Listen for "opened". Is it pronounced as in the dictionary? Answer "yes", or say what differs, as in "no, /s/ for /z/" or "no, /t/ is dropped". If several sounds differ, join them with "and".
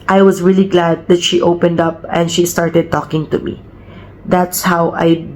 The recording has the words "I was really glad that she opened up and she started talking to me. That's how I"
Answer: yes